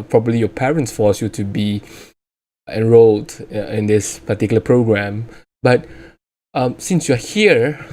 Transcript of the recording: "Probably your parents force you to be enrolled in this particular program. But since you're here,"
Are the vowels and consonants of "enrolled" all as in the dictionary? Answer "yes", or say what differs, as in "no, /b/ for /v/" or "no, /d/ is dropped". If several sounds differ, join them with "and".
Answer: yes